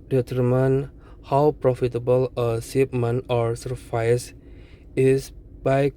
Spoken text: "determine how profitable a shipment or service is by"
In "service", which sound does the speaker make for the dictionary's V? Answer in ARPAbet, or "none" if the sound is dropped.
F